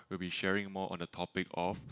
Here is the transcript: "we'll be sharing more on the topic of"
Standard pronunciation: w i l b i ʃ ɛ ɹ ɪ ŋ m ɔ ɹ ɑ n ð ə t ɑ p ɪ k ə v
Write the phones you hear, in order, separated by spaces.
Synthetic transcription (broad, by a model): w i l b i ʃ ɛ ɹ ɪ ŋ m ɔ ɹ ɑ n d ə t ɑ p ɪ k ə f